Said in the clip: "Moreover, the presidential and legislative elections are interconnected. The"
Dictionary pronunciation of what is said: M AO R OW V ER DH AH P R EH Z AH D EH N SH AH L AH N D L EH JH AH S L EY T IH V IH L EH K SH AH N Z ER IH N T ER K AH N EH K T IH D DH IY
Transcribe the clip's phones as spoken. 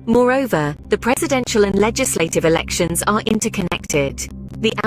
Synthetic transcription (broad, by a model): M AO R OW V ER DH AH P R EH Z AH D EH N SH AH L AH N L EH JH AH S L EY T IH V IH L EH K SH AH N Z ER IH N T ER K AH N EH K T IH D DH IY